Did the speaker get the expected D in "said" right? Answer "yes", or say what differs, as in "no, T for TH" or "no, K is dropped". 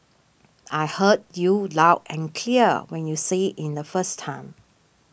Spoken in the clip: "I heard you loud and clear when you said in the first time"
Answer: no, D is dropped